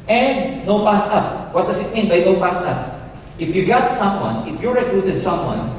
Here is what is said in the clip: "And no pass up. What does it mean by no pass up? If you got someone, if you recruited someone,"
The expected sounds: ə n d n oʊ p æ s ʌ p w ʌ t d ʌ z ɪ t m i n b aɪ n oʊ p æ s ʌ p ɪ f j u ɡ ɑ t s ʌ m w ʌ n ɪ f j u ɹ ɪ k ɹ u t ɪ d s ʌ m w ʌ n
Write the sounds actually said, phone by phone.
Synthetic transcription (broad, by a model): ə n d n oʊ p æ s ʌ p w ʌ t d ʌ s ɪ t m i n b aɪ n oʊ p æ s ʌ p ɪ f j u ɡ ɑ t s ʌ m w ʌ n ɪ f j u ɹ ɪ k ɹ u t ɪ d s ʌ m w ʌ n